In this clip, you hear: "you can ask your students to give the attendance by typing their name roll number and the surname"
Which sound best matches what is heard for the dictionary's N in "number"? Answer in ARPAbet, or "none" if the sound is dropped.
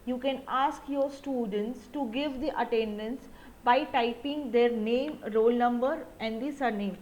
N